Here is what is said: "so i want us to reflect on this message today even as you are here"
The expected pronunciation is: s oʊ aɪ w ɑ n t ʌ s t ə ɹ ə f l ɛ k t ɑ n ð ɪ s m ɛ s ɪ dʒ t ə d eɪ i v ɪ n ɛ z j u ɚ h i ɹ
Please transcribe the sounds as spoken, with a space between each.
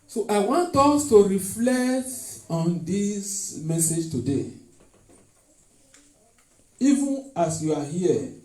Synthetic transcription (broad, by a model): s oʊ aɪ w ɑ n t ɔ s t ə ɹ ə f l ɛ k t ɑ n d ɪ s m ɛ s ɪ dʒ t ə d eɪ i v ɪ n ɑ s j u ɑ h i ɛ